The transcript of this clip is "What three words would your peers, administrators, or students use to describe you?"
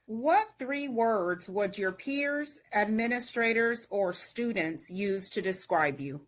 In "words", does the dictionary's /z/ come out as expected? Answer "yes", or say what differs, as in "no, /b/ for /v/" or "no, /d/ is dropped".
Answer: yes